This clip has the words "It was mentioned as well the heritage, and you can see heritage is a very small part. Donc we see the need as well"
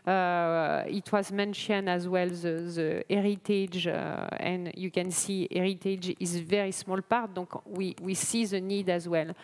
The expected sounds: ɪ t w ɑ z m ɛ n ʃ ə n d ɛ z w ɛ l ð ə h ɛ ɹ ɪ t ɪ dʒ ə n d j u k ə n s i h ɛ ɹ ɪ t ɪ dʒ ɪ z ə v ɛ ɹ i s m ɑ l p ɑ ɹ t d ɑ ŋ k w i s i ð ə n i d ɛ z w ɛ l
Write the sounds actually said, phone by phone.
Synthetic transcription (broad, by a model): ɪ t w ɑ z m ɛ n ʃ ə n ɑ z w ɛ l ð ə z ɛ ɹ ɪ t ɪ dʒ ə n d j u k ə n s i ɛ ɹ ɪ t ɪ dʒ ɪ z v ɛ ɹ i s m ɑ l p ɑ ɹ t d ɑ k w w i s i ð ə n i d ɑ z w ɛ l